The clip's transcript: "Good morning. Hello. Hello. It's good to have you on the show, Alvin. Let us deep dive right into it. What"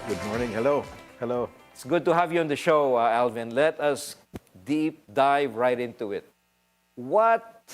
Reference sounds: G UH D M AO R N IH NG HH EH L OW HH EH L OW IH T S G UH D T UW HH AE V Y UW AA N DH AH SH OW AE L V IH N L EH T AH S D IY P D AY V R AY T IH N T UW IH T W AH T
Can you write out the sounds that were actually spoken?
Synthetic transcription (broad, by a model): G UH D M AO R N IH NG HH EH L OW HH EH L OW IH T S G UH D T UW HH AE V Y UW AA N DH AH SH OW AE L V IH N L EH T AH S D IY P D AY V R AY T IH N T UW IH T W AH T